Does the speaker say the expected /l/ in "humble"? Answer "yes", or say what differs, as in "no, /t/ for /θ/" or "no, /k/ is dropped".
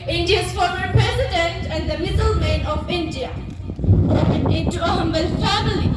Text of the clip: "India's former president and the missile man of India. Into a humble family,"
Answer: no, /n/ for /l/